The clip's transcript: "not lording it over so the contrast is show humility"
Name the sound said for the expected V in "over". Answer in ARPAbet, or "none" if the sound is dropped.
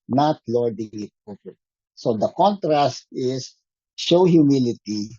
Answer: P